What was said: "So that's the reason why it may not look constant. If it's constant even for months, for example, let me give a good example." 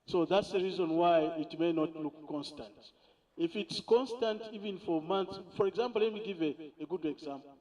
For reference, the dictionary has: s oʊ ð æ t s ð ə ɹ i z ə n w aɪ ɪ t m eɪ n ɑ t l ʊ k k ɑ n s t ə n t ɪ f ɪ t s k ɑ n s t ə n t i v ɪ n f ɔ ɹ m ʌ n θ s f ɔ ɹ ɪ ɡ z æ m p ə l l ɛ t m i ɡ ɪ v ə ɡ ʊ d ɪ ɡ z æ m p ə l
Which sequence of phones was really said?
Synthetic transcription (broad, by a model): s oʊ ð æ t s ð ə ɹ i z ə n w aɪ ɪ t m eɪ n ɑ t l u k k ɑ n s t ə n t ɪ f ɪ t s k ɑ n s t ə n t i v ɪ n f ɔ ɹ m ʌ n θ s f ɔ ɹ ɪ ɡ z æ m p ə l l ɛ t m i ɡ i v ə ɡ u d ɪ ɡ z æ m p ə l